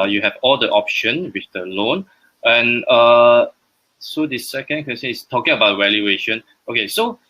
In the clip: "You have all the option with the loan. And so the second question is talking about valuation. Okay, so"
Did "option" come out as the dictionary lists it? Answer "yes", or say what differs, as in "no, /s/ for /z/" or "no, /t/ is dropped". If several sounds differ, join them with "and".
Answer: yes